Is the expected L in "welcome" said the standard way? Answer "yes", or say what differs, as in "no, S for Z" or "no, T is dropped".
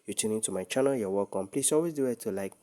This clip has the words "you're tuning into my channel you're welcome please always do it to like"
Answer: no, L is dropped